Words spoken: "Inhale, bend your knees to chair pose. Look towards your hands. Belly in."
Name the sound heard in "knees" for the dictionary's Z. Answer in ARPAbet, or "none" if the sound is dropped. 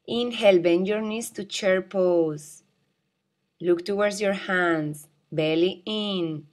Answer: S